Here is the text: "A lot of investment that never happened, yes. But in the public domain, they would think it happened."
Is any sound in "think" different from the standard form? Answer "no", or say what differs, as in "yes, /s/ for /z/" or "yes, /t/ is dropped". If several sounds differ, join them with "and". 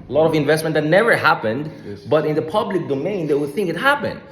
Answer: no